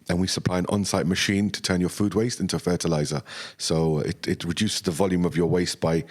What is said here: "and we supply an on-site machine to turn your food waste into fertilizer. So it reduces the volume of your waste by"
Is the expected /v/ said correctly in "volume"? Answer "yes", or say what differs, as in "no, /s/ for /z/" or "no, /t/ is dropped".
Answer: yes